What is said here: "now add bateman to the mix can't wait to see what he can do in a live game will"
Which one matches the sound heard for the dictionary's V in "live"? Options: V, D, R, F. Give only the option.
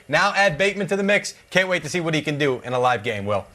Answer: V